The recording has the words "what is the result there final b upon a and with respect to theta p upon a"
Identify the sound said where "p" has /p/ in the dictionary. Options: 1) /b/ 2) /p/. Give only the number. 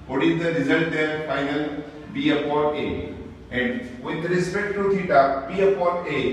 1